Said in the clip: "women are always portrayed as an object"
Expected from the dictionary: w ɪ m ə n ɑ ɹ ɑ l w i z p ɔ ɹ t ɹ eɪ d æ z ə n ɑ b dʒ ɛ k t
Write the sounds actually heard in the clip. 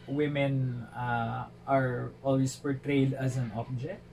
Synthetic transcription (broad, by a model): w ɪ m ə n ɑ ɹ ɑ l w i s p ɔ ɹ t ɹ eɪ d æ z ə n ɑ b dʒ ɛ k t